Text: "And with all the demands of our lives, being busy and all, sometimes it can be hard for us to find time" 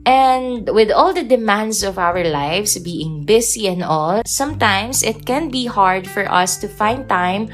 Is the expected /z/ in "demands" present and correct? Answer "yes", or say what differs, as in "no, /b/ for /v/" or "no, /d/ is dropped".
no, /s/ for /z/